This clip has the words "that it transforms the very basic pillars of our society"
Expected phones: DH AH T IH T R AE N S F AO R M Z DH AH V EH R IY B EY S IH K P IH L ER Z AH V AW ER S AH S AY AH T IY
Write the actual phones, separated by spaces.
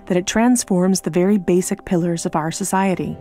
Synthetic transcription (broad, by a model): DH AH T IH T R AE N S F AO R M Z DH AH V EH R IY B EY S IH K P IH L ER Z AH V AW ER S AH S AY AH T IY